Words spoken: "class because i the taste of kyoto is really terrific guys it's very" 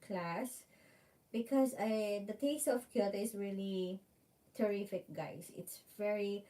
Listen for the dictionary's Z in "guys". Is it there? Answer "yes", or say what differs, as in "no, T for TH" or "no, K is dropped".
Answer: no, S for Z